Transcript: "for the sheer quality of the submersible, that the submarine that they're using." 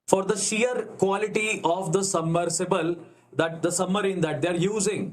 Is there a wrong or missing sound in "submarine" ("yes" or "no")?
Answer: yes